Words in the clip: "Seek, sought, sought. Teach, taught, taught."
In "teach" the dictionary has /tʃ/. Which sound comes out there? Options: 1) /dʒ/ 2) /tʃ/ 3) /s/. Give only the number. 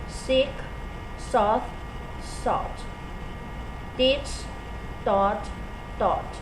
3